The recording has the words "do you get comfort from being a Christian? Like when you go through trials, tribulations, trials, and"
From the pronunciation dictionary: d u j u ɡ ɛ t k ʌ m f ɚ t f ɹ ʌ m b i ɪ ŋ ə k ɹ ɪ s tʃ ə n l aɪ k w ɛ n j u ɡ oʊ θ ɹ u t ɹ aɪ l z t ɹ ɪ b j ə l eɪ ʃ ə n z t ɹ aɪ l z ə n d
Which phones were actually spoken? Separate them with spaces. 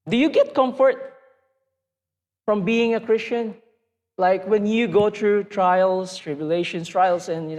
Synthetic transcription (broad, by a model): d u j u ɡ ɛ t k ʌ m f ɚ t f ɹ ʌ m b i ɪ ŋ ə k ɹ ɪ s tʃ ə n l aɪ k w ɛ n j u ɡ oʊ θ ɹ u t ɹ aɪ l s t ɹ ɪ b j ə l eɪ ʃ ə n s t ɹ aɪ l s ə n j